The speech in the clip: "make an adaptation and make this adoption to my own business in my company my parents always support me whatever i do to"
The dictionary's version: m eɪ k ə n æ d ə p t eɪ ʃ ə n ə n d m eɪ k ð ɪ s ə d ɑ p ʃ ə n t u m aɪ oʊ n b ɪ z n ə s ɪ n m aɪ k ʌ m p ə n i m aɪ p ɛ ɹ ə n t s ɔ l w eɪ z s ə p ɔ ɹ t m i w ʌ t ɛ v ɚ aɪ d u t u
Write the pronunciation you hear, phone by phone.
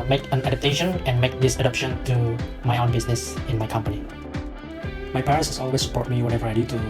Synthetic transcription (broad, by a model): m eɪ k ə n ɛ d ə t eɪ ʃ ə n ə n m eɪ k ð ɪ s ə d ɑ p ʃ ə n t u m aɪ oʊ n b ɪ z n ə s ɪ n m aɪ k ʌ m p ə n i m aɪ p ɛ ɹ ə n s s ɔ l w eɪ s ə p ɔ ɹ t m i w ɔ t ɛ v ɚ aɪ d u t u